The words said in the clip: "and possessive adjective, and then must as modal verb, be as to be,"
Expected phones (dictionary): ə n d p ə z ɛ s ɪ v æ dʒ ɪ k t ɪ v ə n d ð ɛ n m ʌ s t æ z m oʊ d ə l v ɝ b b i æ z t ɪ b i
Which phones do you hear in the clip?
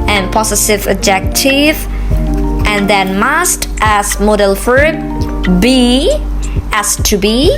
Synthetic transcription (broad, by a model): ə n p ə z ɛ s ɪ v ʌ dʒ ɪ k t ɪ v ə n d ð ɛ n m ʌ s t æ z m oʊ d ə l f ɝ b b i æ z t ɪ b i